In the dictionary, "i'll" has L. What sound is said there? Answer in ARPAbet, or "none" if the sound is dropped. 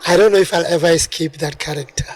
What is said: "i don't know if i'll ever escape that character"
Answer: L